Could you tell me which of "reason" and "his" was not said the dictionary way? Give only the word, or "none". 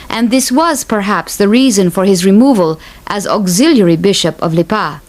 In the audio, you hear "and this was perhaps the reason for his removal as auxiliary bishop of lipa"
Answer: none